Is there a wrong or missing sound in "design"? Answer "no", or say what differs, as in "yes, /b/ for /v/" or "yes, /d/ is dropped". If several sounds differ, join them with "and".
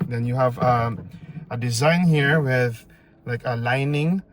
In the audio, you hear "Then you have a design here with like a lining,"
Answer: no